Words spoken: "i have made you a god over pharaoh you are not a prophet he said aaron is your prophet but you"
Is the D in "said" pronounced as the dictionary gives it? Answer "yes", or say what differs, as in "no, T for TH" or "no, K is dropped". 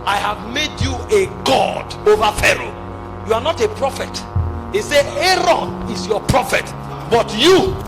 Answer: no, D is dropped